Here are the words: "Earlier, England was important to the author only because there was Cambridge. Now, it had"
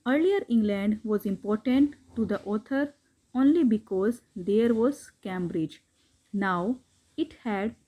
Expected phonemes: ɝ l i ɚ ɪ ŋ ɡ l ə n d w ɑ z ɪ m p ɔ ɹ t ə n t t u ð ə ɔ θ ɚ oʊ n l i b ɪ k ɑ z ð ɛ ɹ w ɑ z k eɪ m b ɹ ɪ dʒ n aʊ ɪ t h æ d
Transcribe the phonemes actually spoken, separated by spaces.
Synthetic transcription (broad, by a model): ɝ l i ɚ ɪ ŋ ɡ l ə n d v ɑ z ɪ m p ɔ ɹ t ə n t t u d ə ɔ t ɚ oʊ n l i b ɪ k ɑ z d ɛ ɹ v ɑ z k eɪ m b ɹ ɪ dʒ n aʊ ɪ t h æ d